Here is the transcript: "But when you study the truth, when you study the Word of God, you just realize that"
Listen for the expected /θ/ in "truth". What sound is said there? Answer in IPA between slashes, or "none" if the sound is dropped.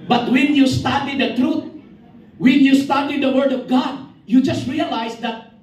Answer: /t/